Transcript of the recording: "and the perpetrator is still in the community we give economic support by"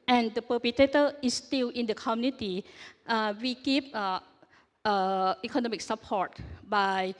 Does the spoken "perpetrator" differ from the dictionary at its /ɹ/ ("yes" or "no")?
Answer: yes